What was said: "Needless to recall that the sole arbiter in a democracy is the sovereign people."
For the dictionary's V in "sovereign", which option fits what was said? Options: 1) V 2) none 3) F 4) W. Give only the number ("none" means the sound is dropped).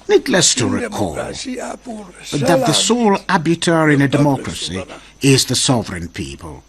1